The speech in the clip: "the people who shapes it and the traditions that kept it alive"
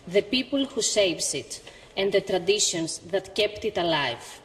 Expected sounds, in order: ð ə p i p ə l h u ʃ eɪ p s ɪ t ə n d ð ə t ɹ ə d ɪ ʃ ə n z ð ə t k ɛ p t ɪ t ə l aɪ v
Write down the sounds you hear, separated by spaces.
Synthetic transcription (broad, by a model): ð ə p i p ə l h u s eɪ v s ɪ t ə n d ð ə t ɹ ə d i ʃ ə n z ð ə t k ɛ p t ɪ t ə l aɪ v